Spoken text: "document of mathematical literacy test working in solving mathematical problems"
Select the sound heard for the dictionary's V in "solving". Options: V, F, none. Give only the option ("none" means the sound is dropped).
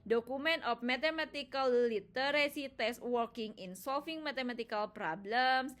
F